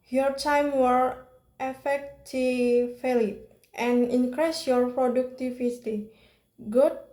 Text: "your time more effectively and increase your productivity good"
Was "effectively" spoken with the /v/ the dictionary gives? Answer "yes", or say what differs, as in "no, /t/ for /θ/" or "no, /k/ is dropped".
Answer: no, /f/ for /v/